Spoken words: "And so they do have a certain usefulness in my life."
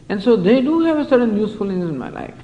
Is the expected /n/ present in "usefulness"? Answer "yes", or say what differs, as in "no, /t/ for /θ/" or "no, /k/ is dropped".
no, /n/ is dropped